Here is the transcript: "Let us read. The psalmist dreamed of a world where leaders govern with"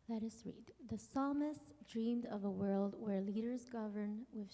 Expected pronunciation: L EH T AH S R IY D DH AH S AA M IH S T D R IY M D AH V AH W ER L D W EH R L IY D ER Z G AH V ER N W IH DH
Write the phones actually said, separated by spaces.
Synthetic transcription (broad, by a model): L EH T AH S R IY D DH AH S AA M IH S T D R IY M D AH V AH W ER L D W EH R L IY D ER Z G AH V ER N W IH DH